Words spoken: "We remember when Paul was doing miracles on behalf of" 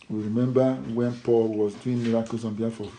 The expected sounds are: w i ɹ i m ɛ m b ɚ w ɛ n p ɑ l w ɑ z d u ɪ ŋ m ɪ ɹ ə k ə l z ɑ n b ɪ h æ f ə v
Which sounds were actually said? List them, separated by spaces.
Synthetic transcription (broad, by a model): w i ɹ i m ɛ m b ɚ w ɛ n p ɑ l w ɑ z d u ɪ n m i ɹ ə k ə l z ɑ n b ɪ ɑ f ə